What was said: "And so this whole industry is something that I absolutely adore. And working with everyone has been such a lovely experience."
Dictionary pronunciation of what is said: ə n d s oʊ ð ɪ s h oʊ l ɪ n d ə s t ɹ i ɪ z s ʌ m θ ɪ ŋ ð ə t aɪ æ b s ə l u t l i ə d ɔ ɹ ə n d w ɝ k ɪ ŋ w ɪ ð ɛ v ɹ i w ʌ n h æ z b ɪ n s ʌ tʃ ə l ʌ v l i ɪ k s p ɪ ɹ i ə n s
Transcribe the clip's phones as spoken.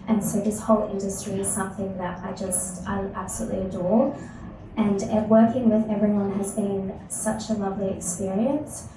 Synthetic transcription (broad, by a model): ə n s oʊ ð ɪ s h oʊ l ɪ n d ə s t ɹ i ɪ z s ʌ m θ ɪ ŋ ð ə t aɪ æ b s ə l u t l i ə d ɔ ɹ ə n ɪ w ɝ k ɪ ŋ w ɪ ð ɛ v ɹ i w ʌ n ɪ z b ɪ n s ʌ tʃ ə l ʌ v l i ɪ k s p ɪ ɹ i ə n s